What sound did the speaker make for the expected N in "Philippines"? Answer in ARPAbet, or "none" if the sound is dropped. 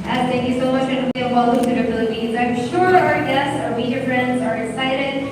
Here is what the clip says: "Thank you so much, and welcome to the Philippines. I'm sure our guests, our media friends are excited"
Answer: none